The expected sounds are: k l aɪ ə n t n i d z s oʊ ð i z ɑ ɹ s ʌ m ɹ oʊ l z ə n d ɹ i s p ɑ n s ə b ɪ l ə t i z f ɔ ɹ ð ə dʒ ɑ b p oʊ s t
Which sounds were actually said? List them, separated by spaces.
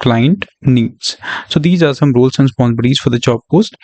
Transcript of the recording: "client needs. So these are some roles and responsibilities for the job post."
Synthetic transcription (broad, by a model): k l aɪ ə n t n i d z s oʊ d i z ɑ ɹ s ʌ m ɹ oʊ l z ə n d s p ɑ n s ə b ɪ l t i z f ɔ ɹ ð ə tʃ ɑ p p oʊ s t